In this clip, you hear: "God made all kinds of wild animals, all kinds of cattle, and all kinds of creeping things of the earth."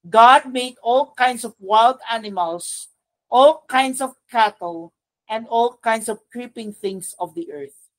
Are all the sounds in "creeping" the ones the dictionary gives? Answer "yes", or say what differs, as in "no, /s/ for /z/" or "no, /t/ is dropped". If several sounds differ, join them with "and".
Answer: yes